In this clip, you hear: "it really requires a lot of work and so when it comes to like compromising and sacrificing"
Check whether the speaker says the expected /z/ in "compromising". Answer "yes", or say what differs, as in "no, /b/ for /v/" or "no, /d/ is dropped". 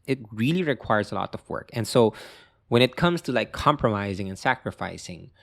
yes